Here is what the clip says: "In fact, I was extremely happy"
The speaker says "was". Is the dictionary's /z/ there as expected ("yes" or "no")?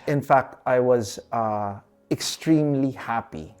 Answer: yes